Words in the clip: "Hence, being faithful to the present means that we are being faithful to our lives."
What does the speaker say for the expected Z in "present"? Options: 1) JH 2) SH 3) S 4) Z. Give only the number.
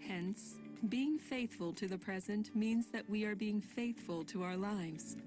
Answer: 4